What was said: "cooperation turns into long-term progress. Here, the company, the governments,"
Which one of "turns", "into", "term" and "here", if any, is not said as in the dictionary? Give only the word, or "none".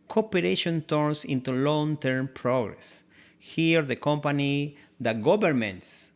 turns